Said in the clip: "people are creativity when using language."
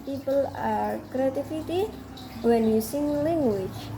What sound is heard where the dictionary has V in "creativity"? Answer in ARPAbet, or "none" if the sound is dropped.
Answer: F